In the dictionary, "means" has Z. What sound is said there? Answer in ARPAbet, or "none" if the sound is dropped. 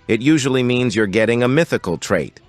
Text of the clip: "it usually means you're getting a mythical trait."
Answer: Z